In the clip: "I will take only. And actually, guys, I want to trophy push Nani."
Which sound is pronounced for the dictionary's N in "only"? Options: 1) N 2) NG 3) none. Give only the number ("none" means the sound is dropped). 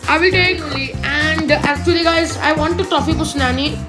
3